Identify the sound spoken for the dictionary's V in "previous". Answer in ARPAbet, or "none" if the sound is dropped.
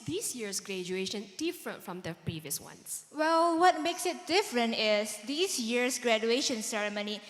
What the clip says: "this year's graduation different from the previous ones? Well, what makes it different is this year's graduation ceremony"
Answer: V